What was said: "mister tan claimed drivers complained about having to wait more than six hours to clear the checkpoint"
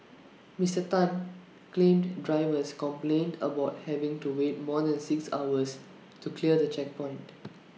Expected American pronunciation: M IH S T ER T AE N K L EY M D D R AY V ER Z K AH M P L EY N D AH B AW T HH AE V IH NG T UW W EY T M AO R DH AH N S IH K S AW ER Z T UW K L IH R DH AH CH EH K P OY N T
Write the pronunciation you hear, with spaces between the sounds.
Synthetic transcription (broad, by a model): M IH S T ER T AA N K L EY M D D R AY V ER S K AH M P L EY N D AH B AW T HH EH V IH NG T UW W EY T M AO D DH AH N S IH K S AW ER S T UW K L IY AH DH AH CH EH K P OY N T